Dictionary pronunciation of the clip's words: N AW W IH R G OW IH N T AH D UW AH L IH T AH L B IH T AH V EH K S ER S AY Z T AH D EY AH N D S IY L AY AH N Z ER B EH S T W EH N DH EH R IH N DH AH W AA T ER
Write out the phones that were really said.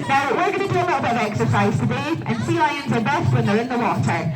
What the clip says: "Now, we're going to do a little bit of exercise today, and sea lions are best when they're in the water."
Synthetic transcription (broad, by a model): N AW W IH R G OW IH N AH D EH AH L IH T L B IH AH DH EH K S ER S AY Z T AH D EY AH N S IY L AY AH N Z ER B EH S T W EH N DH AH R IH N DH AH W AA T ER